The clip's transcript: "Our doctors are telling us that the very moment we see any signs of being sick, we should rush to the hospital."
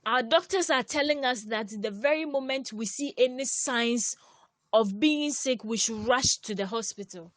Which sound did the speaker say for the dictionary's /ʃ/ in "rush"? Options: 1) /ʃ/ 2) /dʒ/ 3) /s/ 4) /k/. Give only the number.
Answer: 1